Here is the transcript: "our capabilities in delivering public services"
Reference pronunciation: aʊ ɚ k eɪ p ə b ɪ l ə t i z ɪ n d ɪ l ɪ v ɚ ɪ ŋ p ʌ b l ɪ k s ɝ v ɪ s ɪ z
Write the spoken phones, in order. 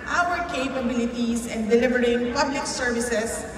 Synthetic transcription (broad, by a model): aʊ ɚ k eɪ p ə b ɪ l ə t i s ɪ n d ɪ l ɪ v ɚ ɪ ŋ p ʌ b l ɪ k s ɝ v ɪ s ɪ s